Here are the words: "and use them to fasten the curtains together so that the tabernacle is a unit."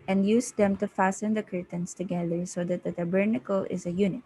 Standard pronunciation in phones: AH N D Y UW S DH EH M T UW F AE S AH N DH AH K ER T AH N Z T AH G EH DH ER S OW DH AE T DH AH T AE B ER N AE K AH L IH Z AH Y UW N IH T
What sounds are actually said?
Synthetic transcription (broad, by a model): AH N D Y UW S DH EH M T UW F AE S AH N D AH K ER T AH N S T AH G EH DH ER S OW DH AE T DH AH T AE B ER N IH K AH L IH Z AH Y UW N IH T